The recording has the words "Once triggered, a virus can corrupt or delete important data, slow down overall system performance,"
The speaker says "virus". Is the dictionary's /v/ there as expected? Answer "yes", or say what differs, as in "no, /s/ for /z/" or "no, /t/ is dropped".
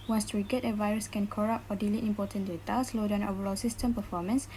yes